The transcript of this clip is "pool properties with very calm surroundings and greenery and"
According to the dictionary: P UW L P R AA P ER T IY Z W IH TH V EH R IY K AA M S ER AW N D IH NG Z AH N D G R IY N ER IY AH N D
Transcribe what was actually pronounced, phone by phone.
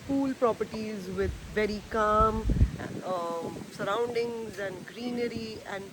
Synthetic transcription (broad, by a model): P UW L P R AA P ER T IY Z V IH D V EH R IY K AA M S ER AW N D IH NG Z AH N D G R IY N ER IY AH N D